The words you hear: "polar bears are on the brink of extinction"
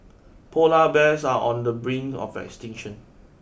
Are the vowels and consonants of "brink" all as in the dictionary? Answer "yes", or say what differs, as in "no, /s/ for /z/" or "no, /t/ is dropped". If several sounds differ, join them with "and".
no, /k/ is dropped